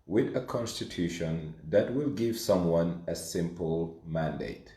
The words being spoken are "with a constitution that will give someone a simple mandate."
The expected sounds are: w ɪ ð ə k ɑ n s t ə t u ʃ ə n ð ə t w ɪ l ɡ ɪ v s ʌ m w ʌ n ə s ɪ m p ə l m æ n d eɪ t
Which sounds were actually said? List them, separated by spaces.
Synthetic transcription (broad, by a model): w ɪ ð ə k ɑ n s t ə t u ʃ ə n ð ə t w ɪ l ɡ ɪ v s ʌ m w ʌ n ə s ɪ m p ə l m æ n d eɪ t